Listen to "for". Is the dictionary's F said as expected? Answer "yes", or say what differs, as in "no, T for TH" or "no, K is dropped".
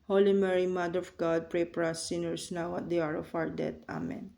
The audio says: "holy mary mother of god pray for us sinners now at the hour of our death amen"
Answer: no, P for F